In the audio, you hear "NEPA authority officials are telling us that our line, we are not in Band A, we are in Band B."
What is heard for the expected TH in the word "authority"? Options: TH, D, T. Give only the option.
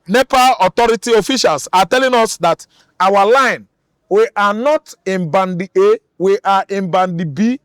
T